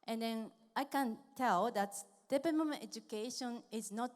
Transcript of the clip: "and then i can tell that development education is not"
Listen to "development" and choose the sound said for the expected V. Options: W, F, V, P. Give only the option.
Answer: P